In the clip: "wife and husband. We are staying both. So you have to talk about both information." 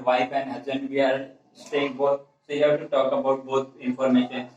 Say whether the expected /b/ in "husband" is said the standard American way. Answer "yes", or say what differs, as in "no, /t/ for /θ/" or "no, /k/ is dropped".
no, /b/ is dropped